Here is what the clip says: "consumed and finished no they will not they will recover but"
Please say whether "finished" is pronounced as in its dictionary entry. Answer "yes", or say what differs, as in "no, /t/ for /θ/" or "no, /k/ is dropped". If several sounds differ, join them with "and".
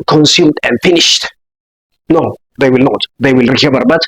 yes